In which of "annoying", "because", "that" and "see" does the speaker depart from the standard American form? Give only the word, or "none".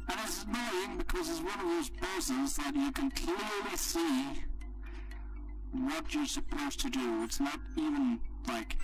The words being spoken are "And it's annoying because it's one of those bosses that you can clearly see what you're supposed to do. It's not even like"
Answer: annoying